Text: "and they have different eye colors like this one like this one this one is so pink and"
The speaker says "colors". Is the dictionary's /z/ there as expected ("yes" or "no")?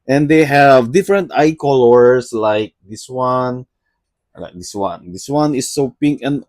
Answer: no